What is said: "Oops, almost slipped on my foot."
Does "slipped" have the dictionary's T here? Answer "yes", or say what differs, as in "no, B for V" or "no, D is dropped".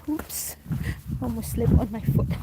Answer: no, T is dropped